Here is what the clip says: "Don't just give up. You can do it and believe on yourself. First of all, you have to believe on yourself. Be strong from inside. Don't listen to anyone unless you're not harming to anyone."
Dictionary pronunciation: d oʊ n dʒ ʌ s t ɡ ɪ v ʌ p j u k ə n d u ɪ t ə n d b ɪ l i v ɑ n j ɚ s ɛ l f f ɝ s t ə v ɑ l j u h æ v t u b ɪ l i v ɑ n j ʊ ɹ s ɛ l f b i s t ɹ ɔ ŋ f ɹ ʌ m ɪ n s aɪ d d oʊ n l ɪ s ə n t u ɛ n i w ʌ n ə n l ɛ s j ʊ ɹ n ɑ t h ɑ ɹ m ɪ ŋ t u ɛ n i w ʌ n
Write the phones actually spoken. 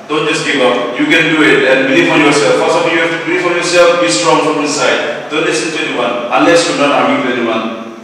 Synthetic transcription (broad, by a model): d oʊ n dʒ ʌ s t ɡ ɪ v ʌ p j u k ə n d u ɪ t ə n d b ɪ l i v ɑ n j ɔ s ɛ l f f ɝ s ə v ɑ j u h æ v t u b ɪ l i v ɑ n j ʊ ɹ s ɛ l f b i s t ɹ ɔ ŋ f ɹ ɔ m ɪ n s aɪ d d oʊ n l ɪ s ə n t u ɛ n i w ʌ n ə n l ɛ s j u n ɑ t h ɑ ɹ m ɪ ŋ t u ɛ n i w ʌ n